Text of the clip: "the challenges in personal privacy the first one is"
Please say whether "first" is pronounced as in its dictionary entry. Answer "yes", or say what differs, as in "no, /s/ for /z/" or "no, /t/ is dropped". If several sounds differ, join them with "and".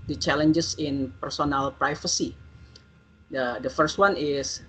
yes